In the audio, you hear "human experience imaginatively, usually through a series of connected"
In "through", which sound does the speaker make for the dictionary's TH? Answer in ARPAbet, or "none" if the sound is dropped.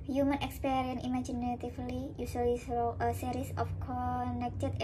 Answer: S